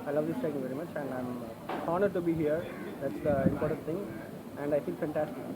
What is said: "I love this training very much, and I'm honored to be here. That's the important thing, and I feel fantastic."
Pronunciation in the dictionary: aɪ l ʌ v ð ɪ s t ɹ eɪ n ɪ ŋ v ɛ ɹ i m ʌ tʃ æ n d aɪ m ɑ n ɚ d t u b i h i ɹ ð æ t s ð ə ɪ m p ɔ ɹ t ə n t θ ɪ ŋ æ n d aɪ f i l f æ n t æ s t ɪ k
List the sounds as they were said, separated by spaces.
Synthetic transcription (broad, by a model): aɪ l ʌ v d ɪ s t eɪ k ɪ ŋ v ɛ ɹ i m ʌ tʃ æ n d aɪ m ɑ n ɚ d t u b i h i ɹ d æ t s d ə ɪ m p ɔ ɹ t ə n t t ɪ ŋ æ n d aɪ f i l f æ n t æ s t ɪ k